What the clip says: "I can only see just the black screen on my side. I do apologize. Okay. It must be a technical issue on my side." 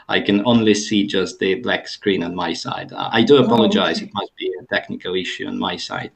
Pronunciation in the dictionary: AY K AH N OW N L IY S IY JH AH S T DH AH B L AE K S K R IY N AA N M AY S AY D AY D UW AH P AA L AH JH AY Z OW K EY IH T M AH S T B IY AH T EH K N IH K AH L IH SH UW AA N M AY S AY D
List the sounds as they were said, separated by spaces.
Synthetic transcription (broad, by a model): AY K AH N OW N L IY S IY JH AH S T DH AH B L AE K S K R IY N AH N M AY S AY D AY D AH AH P AA L AH JH AY Z IH T M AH S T B IY AH T EH K N IH K AH L IH SH UW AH N M AY S AY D